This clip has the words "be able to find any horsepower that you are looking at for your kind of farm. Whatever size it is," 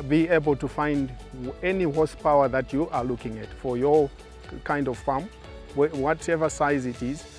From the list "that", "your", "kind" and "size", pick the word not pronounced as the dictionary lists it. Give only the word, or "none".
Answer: none